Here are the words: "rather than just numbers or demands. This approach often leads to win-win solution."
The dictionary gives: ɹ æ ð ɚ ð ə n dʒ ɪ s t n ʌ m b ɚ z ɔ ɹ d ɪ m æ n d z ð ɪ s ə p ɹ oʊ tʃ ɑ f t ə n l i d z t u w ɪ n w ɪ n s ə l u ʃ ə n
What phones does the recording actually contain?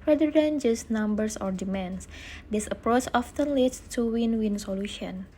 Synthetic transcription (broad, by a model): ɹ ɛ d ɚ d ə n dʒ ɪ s n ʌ m b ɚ s ɔ ɹ d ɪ m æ n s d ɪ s ə p ɹ oʊ tʃ ɑ f t ə n l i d s t u w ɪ n w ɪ n s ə l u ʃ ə n